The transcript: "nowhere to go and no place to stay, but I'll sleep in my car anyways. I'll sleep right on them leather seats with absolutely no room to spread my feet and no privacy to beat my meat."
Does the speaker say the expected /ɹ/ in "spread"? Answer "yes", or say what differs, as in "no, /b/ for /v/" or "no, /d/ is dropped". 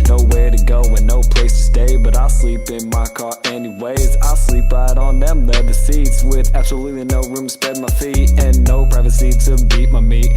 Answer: no, /ɹ/ is dropped